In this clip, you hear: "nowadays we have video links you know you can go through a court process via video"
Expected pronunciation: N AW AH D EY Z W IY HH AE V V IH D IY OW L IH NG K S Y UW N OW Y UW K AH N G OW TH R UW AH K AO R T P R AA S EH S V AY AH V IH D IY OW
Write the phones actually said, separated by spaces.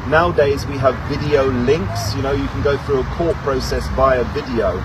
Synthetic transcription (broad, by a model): N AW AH D EY Z W IY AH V V IH D IY OW L IH NG K S Y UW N OW Y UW K AH N G OW TH R UW AH K AO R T P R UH S EH S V AY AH V IH D IY OW